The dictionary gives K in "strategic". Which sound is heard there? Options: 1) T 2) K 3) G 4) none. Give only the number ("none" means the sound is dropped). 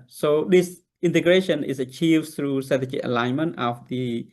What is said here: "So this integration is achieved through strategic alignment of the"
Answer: 4